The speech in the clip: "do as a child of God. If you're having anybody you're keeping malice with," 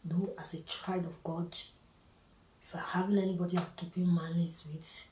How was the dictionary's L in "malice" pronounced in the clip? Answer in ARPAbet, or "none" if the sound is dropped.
N